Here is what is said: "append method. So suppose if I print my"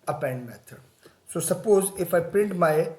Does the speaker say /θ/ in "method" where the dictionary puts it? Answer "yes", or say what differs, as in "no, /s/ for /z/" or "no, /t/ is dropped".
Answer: no, /t/ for /θ/